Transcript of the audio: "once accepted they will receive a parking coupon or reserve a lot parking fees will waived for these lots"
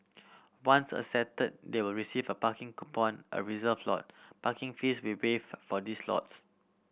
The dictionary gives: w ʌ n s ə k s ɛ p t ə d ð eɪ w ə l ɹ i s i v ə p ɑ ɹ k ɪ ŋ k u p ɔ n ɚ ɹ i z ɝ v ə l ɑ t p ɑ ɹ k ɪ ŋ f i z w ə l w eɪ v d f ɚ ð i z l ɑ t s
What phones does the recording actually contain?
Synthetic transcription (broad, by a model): w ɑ n s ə s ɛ t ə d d eɪ w ə l ɹ i s i v ə p ɑ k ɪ ŋ k u p ɔ n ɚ ɹ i z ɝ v l ɑ t p ɑ k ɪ ŋ f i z w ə w eɪ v f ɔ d i s l ɑ t s